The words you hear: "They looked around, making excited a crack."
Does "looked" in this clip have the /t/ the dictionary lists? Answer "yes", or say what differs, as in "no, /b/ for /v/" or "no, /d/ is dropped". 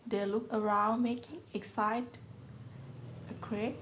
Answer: no, /t/ is dropped